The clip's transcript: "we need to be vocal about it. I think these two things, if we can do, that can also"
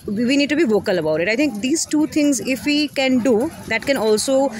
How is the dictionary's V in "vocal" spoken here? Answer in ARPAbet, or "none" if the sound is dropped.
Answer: V